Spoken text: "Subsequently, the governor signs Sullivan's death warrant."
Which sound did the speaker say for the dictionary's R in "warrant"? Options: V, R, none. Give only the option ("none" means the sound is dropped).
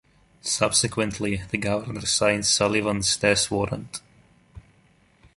R